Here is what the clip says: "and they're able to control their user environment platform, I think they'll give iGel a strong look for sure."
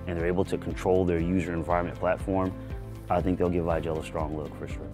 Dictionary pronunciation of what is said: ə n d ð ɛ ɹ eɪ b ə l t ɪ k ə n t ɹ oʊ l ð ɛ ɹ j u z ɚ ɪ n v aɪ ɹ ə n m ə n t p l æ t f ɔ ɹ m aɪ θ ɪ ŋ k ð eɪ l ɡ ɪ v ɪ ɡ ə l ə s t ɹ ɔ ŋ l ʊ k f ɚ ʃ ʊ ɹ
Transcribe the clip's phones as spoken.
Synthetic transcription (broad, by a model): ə n ð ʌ ɹ eɪ b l t ɪ k n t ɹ oʊ l ð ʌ ɹ j u z ɚ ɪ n v aɪ ɹ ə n m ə n p l æ t f ɔ ɹ m aɪ θ ɪ ŋ k ð eɪ l ɡ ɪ v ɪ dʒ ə l ə s t ɹ ɔ ŋ l ʊ k f ɚ ʃ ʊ ɹ